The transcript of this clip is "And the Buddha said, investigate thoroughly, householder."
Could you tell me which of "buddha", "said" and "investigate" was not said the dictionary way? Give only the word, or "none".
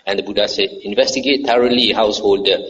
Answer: none